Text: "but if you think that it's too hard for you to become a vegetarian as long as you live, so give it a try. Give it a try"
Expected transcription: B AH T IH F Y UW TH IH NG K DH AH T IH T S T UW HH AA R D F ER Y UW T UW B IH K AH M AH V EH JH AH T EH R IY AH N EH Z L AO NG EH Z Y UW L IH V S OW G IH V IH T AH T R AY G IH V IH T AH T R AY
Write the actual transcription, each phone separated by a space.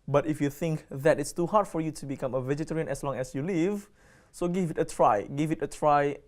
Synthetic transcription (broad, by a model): B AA T IH F Y UW TH IH NG K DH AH T IH T S T UW HH AA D F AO Y UW T UW B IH K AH M AH V EH JH AH T EH R IY AH N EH S L AO NG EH S Y UW L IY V S OW G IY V IH T AH T R AY G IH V IH T AH T R AY